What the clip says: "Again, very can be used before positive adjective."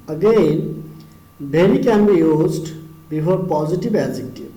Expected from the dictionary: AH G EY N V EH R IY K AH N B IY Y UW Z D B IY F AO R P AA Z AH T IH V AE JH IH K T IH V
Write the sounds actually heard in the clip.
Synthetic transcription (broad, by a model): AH G EY N B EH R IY K AH N B IY Y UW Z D B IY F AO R P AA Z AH T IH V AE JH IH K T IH